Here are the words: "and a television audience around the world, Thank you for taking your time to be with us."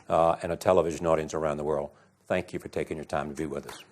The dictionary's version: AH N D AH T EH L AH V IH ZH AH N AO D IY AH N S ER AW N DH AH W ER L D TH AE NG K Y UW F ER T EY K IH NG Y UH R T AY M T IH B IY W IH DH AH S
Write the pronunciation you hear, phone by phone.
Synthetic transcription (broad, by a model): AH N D AH T EH L AH V IH ZH AH N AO D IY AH N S ER AW N DH AH W ER L D TH AE NG K Y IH F ER T EY K IH NG Y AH R T AY M T IH B IY W IH DH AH S